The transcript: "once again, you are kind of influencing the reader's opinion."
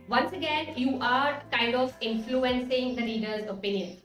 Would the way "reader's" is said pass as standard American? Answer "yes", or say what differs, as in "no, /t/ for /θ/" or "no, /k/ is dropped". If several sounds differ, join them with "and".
no, /l/ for /ɹ/